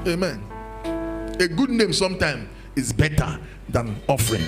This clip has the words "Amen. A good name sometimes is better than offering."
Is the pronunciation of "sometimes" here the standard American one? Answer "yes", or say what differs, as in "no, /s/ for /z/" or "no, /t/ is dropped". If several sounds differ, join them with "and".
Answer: no, /z/ is dropped